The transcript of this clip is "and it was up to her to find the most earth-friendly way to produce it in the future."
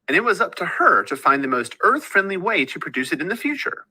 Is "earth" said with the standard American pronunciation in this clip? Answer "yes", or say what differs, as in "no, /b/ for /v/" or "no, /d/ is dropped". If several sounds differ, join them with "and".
yes